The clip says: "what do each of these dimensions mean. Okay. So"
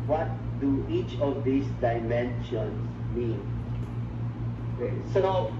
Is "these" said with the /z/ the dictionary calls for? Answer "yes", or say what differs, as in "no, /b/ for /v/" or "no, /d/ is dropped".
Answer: no, /s/ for /z/